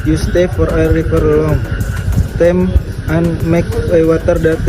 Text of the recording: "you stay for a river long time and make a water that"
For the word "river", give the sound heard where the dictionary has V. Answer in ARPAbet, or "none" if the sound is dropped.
P